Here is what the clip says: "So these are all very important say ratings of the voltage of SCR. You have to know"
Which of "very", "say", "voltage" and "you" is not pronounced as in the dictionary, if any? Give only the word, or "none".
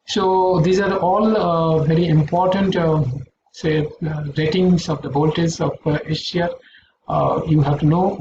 voltage